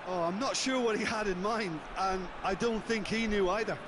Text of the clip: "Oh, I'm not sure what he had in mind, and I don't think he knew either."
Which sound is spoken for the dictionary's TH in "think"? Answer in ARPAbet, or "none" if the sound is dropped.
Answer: TH